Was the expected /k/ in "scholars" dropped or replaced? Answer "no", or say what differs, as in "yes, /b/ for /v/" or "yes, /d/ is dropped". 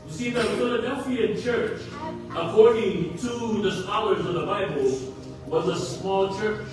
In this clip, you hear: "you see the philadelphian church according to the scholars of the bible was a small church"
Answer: yes, /k/ is dropped